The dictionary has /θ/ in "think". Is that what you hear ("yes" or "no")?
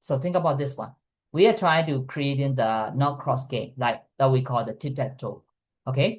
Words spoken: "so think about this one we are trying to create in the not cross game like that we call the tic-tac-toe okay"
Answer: no